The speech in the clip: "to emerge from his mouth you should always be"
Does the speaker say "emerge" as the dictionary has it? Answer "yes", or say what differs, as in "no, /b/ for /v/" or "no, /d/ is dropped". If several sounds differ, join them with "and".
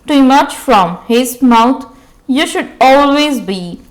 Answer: no, /tʃ/ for /dʒ/